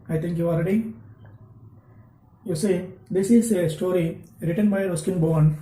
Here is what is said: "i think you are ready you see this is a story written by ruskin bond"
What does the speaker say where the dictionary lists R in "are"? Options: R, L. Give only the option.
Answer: L